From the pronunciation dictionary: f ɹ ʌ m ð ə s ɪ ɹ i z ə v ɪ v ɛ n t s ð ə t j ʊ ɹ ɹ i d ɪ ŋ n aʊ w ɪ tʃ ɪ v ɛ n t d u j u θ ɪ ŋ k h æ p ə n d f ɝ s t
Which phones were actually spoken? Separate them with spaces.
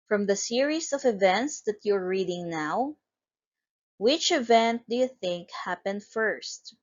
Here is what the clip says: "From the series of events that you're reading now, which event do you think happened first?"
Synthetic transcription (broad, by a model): f ɹ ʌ m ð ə s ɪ ɹ i s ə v ɪ v ɛ n t s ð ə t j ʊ ɹ ɹ i d ɪ ŋ n aʊ w ɪ tʃ ɪ v ɛ n t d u j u θ ɪ ŋ k h æ p ə n d f ɝ s t